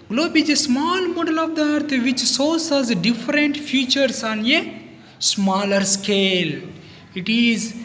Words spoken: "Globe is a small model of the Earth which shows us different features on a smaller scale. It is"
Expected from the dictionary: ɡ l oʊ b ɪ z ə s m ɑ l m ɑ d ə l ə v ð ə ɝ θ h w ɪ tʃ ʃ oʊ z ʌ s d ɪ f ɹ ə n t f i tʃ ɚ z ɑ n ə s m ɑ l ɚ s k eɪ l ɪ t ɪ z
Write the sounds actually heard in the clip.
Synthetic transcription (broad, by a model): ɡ l oʊ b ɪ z ə s m ɑ l m ɑ d ə l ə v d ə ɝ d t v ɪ tʃ s oʊ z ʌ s d ɪ f ɹ ə n t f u tʃ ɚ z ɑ n ə s m ɑ l ɚ s k eɪ l ɪ t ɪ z